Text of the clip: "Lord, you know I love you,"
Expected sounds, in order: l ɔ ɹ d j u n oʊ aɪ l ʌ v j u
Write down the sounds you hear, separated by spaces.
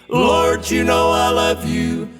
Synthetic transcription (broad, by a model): l ɔ ɹ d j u n oʊ aɪ l ʌ v j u